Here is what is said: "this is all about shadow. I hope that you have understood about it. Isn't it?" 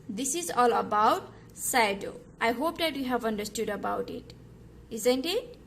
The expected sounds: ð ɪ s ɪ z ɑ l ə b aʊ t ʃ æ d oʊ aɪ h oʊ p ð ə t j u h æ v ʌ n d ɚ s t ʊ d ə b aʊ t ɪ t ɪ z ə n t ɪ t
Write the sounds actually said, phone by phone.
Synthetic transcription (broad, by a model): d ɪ s ɪ z ɑ l ə b aʊ t s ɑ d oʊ aɪ h oʊ p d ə t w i h æ v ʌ n d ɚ s t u d ə b aʊ t ɪ t ɪ z ə n t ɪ t